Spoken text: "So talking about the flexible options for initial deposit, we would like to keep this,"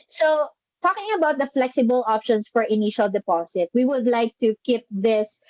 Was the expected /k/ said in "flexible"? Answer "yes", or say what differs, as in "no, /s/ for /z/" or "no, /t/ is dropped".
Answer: yes